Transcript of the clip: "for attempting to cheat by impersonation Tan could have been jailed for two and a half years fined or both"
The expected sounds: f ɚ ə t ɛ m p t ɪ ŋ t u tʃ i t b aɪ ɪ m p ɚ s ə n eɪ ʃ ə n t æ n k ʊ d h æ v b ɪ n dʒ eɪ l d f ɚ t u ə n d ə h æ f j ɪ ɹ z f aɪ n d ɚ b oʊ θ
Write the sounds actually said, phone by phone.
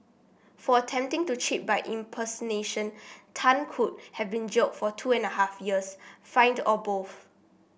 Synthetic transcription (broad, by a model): f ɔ ə t ɛ m p t ɪ ŋ t u tʃ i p b aɪ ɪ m p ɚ s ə n eɪ ʃ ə n t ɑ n k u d h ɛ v b ɪ n dʒ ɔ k f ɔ t u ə n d ə h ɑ f j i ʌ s f aɪ n d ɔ b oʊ f